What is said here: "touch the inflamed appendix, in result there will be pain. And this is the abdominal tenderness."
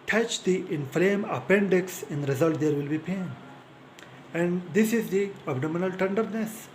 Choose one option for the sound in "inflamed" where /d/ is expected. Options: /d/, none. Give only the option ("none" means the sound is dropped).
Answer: none